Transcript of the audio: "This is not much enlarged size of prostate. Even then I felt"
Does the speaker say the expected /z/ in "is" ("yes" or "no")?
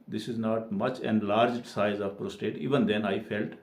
yes